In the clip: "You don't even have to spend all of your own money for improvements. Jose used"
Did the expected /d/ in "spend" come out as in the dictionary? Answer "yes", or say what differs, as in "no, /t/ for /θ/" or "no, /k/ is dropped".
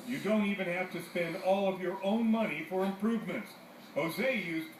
yes